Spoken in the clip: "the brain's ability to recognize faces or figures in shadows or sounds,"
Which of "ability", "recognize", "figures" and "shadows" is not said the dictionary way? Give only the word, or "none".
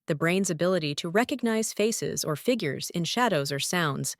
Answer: none